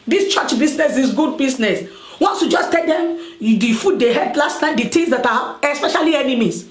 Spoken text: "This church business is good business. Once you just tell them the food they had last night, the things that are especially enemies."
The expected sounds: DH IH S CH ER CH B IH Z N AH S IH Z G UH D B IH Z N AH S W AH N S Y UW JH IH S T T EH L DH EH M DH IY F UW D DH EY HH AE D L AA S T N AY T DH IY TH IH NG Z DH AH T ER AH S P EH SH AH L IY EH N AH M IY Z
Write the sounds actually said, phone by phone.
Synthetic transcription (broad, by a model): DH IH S CH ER CH B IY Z N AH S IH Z G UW D B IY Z N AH S W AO N S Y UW JH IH S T T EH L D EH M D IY F UW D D EY HH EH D L AA S T AY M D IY T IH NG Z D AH T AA AH S P EH SH AH L IY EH N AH M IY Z